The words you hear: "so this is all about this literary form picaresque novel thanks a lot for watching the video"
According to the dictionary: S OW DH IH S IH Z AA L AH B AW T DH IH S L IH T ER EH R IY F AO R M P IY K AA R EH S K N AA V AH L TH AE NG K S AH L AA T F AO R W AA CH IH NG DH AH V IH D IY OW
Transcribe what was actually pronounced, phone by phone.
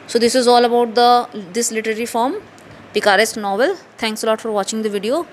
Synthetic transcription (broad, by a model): S OW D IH S IH Z AA L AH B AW T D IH S L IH T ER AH R IY F AO R M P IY K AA R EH S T N AA V AH L T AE NG K S AH L AA T F AO R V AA CH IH NG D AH V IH D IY OW